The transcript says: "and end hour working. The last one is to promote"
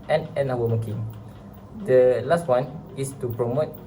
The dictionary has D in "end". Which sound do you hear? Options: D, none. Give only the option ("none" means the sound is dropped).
none